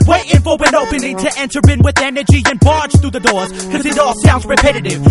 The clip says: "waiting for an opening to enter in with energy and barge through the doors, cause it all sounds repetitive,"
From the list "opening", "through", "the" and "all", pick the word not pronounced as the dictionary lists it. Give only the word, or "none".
none